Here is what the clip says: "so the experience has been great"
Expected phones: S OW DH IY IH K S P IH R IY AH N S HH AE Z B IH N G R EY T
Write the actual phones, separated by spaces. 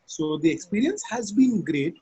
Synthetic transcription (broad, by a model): S OW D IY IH K S P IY R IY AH N S HH AE Z B IH N G R EY T